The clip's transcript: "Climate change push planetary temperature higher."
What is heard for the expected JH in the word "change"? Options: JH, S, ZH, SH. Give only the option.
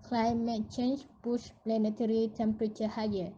SH